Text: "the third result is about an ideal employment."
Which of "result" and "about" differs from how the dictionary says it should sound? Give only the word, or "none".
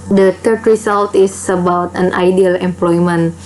result